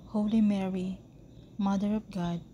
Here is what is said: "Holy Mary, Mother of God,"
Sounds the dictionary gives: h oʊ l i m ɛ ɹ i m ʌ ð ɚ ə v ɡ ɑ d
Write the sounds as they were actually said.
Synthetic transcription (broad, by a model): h oʊ l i m ɛ ɹ i m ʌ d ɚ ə p ɡ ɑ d